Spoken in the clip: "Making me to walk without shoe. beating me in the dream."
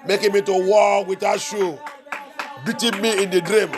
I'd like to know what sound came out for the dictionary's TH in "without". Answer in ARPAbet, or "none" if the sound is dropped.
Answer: T